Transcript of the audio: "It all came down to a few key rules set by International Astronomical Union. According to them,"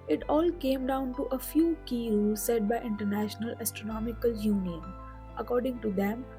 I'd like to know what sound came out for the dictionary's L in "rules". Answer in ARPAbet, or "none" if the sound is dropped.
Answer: none